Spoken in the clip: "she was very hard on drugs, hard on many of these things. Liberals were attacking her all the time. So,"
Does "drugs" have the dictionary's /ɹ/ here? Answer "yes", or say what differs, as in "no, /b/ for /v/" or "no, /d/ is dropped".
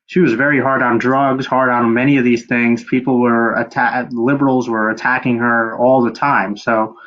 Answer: yes